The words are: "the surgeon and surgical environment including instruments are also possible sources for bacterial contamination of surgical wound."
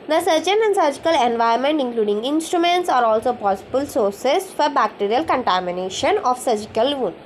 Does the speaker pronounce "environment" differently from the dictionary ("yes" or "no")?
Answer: yes